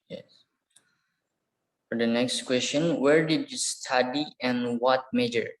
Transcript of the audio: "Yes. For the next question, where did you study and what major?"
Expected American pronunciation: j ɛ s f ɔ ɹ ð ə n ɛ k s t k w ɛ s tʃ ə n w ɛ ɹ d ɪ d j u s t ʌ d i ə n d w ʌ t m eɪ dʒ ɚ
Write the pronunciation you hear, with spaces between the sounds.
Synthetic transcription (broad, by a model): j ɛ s f ɔ ɹ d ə n ɛ k s t k w ɛ s tʃ ə n w ɛ ɹ d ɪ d j u s t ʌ d i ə n w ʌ t m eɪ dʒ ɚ